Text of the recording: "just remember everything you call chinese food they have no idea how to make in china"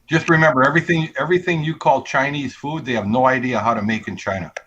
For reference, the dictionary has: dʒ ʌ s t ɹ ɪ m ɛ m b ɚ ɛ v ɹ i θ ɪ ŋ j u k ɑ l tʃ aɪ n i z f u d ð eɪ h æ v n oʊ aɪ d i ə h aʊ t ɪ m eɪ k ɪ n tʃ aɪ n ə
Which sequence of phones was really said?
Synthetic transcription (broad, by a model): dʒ ʌ s t ɹ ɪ m ɛ m b ɚ ɛ v ɹ i θ ɪ ŋ j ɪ k ɑ l tʃ aɪ n i z f u d ð eɪ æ v n oʊ aɪ d i ə h aʊ t ɪ m eɪ k ɪ n tʃ aɪ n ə